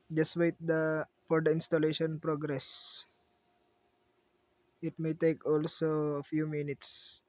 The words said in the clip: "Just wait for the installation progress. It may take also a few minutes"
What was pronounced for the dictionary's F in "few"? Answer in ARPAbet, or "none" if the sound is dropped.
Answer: F